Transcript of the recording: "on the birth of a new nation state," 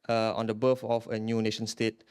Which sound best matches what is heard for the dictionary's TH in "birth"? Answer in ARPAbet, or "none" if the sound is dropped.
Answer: F